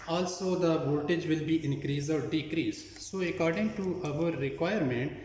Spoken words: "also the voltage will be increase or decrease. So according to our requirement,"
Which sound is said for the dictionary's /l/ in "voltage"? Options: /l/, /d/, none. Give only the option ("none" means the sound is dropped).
none